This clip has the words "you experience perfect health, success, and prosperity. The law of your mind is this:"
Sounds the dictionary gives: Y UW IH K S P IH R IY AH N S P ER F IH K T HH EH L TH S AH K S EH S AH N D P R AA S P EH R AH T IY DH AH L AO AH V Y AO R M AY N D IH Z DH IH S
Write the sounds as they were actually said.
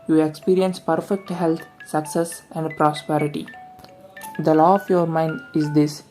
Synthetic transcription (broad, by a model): Y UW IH K S P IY R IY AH N S P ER F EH K T HH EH L T S AH K S EH S AH N D P R AA S P EH R AH T IY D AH L AO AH F Y AO R M AY N D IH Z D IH S